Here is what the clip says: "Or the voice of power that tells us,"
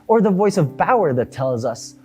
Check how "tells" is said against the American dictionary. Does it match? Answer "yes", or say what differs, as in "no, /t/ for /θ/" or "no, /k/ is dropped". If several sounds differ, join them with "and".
yes